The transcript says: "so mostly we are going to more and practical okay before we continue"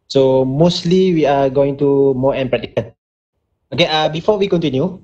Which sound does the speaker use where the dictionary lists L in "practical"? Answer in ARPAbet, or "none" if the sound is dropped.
N